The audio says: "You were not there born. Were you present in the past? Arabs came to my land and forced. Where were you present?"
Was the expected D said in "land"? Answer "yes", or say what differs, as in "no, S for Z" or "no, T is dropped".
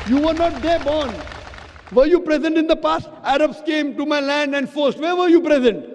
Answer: yes